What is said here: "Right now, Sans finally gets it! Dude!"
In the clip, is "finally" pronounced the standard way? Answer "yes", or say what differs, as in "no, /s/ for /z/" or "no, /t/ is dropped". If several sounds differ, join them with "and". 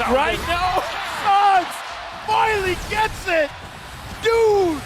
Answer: no, /n/ is dropped